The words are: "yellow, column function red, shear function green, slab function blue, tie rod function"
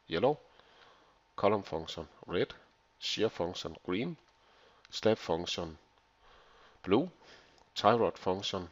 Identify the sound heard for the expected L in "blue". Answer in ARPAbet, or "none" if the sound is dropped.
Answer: L